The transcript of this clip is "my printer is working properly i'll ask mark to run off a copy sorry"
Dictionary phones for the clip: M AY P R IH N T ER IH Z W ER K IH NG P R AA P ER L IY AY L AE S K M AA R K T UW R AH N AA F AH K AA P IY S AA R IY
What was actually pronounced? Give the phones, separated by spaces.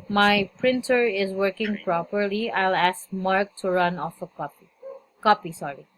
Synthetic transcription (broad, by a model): M AY P R IH N T ER IH Z W ER K IH NG P R AA P ER L IY AY L AE S K M AA R K T UW R AH N AA F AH K AA P IY S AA R IY